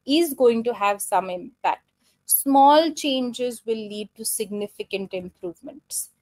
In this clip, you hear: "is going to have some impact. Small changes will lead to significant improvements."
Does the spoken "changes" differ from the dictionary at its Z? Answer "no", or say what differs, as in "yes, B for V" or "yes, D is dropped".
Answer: no